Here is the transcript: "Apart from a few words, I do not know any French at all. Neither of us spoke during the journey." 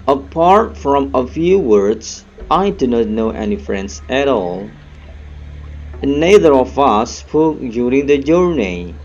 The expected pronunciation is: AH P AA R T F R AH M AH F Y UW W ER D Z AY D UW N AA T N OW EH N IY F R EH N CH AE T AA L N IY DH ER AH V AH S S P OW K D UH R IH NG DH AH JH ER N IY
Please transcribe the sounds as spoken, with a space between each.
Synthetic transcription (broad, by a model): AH P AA R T F R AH M AH F Y UW W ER D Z AY D UW N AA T N OW EH N IY F R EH N S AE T AA L N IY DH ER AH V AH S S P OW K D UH R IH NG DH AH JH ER N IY